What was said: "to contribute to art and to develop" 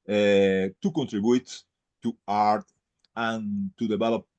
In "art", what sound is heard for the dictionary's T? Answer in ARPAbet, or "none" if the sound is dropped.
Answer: T